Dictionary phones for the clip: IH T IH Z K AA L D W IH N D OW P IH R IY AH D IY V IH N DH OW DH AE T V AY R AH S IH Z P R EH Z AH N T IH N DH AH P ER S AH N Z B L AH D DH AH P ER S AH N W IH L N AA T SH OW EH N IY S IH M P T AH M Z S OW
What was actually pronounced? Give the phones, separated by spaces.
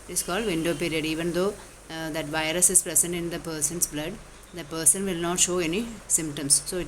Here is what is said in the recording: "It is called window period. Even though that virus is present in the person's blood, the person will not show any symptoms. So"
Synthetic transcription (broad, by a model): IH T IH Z K AA L D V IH N D OW P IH R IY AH D IY V IH N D OW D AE T V AY R AH S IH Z P R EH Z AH N T IH N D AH P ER S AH N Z B L AH D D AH P ER S AH N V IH L N AA T SH OW EH N IY S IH M P T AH M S S OW